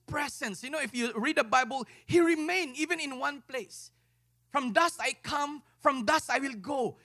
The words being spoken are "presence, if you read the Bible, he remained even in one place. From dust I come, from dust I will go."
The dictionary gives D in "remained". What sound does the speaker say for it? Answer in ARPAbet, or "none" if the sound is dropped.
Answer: none